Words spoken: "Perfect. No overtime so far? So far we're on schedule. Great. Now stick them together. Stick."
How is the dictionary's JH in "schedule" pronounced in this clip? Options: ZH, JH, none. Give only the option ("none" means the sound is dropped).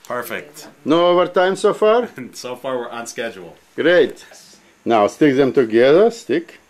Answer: JH